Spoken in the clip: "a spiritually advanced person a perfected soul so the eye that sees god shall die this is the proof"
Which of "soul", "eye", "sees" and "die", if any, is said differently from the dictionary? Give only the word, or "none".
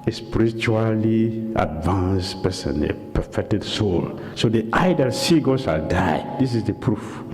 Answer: sees